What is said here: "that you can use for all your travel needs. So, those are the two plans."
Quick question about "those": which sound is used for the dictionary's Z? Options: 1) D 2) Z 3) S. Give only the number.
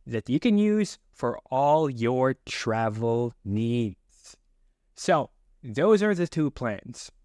2